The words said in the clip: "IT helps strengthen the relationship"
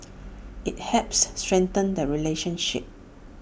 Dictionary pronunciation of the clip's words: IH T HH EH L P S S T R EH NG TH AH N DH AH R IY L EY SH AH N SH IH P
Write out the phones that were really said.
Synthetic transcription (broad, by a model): IH T HH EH P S S T R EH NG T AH N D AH R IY L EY SH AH N SH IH P